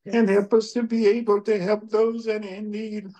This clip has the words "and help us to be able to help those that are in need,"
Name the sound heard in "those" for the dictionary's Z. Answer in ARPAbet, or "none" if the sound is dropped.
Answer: Z